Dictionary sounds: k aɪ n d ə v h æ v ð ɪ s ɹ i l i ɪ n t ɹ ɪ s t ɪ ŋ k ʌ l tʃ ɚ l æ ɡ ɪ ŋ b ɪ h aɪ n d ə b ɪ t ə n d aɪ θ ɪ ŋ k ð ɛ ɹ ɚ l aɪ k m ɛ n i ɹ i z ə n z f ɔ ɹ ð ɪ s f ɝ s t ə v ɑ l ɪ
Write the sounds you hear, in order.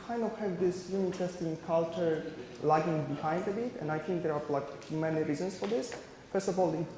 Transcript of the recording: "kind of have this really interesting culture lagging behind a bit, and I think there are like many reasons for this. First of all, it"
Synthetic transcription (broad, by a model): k aɪ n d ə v h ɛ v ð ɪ s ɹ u i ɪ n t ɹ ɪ s t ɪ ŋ k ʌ l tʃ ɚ l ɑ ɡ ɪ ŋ b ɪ h aɪ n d ə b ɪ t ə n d aɪ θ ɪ ŋ k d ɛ ɹ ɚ l aɪ k m ɛ n i ɹ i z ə n s f ɔ ɹ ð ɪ s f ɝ s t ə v ɑ l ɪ